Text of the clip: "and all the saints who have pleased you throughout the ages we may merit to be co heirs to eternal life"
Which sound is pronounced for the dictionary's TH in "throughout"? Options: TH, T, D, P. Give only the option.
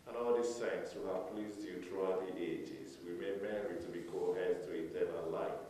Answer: T